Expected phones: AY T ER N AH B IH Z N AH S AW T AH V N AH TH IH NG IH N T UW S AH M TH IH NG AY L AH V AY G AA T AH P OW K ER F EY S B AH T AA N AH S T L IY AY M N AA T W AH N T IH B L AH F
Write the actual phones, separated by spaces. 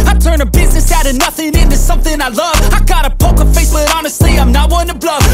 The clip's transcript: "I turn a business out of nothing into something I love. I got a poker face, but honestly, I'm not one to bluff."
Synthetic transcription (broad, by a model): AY T ER N AH B IH Z N AH S AW T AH N AH TH IH NG IH N T UW S AH M TH IH NG AY L AH V AY G AA T AH P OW K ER F EY S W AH T AA N AH S T L IY AY M N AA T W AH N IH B L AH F